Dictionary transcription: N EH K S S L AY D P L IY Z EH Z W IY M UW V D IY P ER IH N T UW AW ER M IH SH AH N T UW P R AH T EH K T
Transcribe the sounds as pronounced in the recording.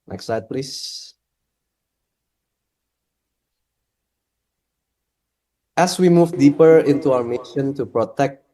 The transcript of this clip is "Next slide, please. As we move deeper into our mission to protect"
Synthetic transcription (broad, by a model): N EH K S S AY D P L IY S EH S W IY M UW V D IY P ER IH N T UW AW ER M IH SH AH N T UW P R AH T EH K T